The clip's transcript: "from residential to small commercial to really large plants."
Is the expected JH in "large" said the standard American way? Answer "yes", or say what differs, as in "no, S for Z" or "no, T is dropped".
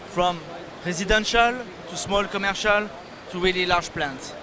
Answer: no, ZH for JH